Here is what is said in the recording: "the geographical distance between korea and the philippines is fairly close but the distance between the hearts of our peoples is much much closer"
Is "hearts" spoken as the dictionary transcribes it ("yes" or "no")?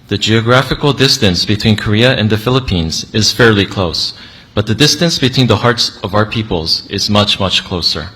yes